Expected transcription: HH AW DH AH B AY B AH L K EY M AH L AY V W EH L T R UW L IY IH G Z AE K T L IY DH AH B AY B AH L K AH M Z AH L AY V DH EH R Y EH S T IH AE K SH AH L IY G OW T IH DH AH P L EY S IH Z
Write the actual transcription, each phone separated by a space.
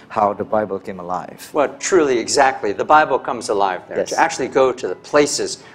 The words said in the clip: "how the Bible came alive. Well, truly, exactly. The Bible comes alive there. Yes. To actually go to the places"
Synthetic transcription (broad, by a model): HH AW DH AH B AY B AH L K EY M AH L AY V W EH L T R UW L IY IH G Z AE K T L IY DH AH B AY B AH L K AH M Z AH L AY V DH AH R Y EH T IH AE K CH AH L IY G OW T IH DH AH P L EY S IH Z